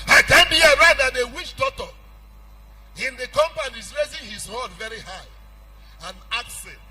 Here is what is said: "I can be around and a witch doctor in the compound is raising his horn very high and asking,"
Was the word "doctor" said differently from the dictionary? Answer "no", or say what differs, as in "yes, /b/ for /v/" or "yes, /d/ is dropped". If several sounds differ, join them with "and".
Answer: yes, /k/ is dropped